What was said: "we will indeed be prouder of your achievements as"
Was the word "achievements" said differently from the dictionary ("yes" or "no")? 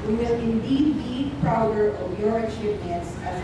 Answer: no